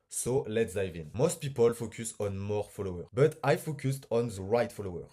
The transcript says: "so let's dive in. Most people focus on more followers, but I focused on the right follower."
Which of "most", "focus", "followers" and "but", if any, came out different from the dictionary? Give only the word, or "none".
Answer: followers